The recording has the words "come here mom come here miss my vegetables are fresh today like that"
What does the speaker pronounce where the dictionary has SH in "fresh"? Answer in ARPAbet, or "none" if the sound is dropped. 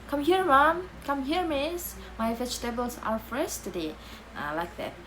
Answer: S